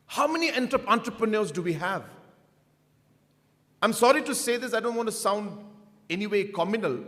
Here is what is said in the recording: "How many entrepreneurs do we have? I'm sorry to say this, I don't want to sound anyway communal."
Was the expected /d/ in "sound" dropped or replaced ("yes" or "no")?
no